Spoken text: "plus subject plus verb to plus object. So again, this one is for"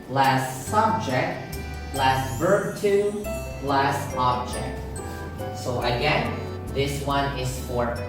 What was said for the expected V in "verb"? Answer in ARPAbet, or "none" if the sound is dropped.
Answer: V